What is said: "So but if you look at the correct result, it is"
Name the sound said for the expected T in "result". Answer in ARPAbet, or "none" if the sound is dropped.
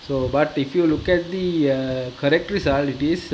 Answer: none